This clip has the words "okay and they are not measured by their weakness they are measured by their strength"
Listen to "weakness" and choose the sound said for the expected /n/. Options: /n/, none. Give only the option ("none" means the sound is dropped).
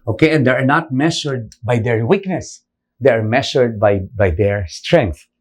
/n/